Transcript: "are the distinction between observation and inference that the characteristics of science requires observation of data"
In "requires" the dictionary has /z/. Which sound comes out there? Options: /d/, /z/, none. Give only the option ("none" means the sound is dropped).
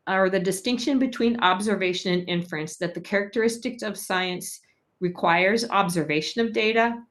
/z/